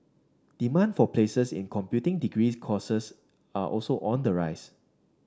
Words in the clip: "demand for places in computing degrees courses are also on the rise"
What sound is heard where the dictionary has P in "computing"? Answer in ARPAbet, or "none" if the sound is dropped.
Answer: P